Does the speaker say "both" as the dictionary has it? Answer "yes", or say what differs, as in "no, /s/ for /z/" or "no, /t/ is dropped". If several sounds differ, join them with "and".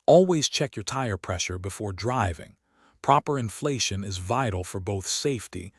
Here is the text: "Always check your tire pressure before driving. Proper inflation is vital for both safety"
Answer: yes